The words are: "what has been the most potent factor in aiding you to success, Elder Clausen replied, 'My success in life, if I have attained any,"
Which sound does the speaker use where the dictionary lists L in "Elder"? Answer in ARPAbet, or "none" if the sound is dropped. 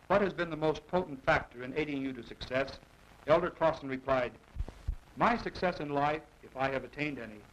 L